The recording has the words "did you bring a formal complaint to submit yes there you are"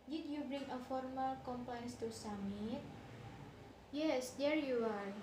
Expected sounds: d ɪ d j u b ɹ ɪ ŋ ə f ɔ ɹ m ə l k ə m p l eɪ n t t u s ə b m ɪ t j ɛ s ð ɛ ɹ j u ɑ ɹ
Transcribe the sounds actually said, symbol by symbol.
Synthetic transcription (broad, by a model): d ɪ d j u b ɹ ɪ ŋ ə f ɔ ɹ m ə l k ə m p l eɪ n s t u s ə m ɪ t j ɛ s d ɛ ɹ j u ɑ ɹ